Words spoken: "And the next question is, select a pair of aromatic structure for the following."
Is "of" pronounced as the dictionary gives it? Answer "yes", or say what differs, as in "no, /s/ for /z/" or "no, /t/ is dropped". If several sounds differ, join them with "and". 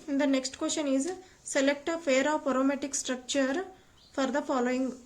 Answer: no, /p/ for /v/